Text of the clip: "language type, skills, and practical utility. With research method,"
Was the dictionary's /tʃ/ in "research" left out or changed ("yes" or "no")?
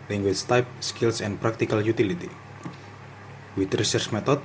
yes